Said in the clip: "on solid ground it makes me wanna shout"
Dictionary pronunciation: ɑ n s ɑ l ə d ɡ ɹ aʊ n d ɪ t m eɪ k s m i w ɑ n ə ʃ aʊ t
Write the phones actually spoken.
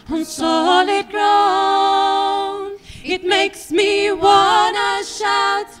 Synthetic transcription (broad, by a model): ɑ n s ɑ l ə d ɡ ɹ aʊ n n ɪ t m eɪ k s m i w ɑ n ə ʃ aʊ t